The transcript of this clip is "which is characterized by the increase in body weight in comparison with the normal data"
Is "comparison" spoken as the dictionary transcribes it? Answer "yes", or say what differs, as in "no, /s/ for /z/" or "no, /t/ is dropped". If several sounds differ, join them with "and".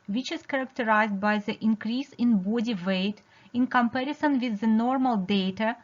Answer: yes